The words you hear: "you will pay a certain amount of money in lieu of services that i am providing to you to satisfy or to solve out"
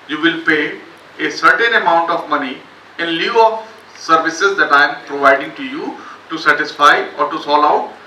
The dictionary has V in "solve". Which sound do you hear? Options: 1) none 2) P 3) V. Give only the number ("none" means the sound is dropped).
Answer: 1